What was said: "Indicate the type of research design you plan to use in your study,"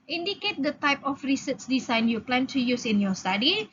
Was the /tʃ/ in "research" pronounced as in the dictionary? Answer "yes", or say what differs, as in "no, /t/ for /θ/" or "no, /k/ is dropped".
no, /s/ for /tʃ/